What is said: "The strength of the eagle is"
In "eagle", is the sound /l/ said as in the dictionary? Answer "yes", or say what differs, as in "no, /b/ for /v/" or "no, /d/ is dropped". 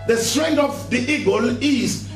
yes